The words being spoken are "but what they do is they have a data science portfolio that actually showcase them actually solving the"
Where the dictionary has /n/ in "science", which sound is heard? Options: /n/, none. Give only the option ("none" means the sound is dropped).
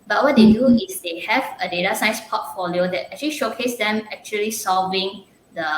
none